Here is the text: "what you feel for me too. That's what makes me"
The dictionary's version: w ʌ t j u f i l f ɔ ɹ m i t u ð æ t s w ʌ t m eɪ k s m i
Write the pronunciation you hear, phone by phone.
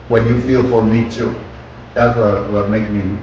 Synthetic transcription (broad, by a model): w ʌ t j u f i l f ɔ ɹ m i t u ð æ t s w ʌ t m eɪ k m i